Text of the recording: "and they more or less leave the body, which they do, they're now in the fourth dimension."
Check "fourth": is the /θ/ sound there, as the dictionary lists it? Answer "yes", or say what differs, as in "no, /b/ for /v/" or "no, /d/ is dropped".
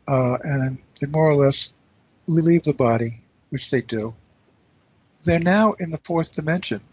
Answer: yes